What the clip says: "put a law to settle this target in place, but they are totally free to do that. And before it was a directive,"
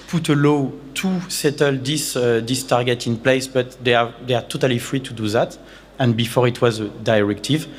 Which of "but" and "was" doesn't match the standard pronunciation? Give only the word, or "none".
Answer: none